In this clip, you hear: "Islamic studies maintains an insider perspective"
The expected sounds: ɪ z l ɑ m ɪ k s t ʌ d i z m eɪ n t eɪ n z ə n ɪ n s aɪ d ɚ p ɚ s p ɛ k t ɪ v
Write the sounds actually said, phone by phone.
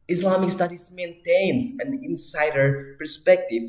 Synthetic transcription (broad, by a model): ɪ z l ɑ m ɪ k s t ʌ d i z m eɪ n t eɪ n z ə n ɪ n s aɪ d ɚ p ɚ s p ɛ k t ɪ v